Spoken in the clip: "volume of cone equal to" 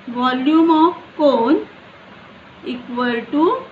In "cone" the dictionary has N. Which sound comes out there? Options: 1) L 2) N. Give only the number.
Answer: 2